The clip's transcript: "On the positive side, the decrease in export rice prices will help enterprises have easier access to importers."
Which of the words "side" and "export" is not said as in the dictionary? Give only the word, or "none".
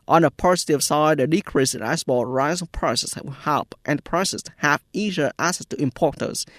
export